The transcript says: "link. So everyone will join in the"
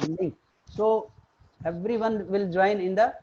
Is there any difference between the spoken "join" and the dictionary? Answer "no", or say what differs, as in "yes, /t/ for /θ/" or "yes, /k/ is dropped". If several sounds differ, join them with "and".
no